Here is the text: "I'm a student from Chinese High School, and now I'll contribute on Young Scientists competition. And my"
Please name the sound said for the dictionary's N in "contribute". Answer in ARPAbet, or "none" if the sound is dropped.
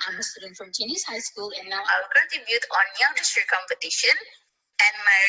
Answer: none